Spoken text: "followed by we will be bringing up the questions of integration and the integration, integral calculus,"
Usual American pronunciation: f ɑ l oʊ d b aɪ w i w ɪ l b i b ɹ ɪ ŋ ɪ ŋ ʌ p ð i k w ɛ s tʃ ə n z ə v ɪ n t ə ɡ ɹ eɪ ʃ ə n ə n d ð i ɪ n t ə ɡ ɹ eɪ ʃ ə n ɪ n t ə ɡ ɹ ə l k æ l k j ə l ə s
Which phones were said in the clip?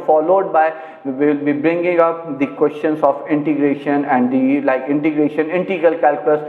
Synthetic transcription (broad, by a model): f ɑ l oʊ d b aɪ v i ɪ l b i b ɹ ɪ ŋ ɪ ŋ ʌ p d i k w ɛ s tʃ ə n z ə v ɪ n t ə ɡ ɹ eɪ ʃ ə n ə n d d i ɪ n t ə ɡ ɹ eɪ ʃ ə n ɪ n t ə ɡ ə l k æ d k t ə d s